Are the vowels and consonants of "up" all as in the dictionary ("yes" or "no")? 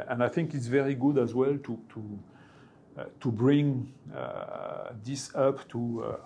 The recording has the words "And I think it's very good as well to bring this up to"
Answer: yes